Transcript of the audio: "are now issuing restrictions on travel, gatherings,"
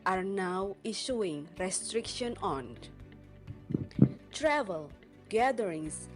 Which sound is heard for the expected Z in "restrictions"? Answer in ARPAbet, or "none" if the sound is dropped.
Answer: none